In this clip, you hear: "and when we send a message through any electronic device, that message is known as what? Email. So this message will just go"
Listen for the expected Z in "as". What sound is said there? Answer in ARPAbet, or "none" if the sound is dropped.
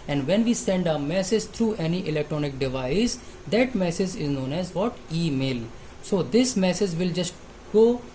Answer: Z